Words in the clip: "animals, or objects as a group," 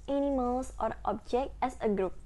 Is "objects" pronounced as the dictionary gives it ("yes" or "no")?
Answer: no